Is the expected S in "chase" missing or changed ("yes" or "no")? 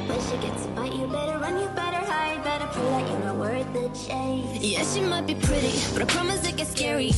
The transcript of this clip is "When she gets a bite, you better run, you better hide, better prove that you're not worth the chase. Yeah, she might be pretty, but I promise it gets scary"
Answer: yes